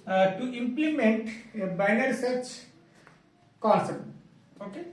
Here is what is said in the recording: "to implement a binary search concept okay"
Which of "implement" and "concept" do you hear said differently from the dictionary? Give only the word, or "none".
concept